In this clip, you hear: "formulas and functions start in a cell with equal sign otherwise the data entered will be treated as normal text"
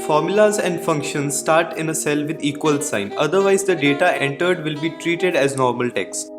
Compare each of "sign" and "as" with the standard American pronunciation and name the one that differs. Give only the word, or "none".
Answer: none